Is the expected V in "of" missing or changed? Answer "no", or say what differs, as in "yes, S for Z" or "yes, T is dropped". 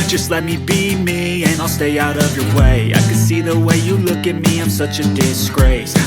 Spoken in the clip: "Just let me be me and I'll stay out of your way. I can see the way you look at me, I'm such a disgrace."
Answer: no